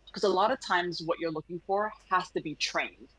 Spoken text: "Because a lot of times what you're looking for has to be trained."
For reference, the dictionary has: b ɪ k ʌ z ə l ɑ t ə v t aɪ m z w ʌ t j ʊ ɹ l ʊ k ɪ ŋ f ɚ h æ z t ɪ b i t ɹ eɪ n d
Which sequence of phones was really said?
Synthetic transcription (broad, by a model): k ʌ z ə l ɑ t ə v t aɪ m z w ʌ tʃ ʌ ɹ l ʊ k ɪ ŋ f ɚ h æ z t ɪ b i t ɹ eɪ n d